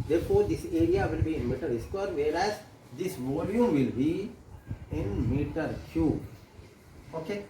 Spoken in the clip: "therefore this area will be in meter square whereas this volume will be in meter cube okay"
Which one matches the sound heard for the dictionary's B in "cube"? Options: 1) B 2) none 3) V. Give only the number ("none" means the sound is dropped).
2